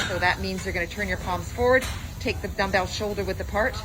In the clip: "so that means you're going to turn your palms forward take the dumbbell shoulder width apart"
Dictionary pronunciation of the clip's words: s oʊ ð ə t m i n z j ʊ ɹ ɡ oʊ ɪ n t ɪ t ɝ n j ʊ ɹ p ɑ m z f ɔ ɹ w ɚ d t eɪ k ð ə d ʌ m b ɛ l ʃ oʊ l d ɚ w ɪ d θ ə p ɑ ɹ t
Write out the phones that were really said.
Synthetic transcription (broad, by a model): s oʊ ð ə t m i n z j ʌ ɹ ɡ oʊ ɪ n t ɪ t ɝ n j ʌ ɹ p ɑ m z f ɔ ɹ w ɚ d t eɪ k ð ə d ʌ m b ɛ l ʃ oʊ l d ɚ w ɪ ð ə p ɑ ɹ t